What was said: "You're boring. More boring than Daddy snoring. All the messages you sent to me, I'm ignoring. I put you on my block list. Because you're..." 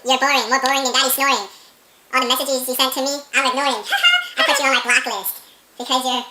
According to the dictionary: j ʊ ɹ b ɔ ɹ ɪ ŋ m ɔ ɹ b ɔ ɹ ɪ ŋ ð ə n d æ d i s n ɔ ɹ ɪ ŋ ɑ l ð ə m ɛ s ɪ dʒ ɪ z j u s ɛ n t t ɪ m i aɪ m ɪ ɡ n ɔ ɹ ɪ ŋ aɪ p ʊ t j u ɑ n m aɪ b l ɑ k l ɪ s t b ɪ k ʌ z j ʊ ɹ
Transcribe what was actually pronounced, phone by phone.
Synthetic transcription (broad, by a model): j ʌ ɹ b ɔ ɹ ɪ ŋ m ɔ ɹ b ɔ ɹ ɪ ŋ ð ə n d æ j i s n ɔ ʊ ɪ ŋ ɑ n ð ə m ɛ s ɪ dʒ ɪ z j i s ɛ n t t ɪ m i aɪ m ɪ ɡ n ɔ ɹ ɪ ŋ aɪ p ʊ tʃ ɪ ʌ n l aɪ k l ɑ k l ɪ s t b ɪ k ʌ z j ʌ ɹ